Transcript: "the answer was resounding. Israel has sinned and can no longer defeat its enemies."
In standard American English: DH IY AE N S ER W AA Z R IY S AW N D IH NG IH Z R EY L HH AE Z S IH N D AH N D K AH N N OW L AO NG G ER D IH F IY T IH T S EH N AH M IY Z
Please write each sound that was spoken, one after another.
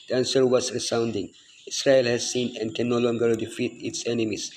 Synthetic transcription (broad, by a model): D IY AE N S ER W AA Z R IY S AW N D IH NG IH S R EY L HH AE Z S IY N AH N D K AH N N OW L AO NG G ER D IH F IY T IH T S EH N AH M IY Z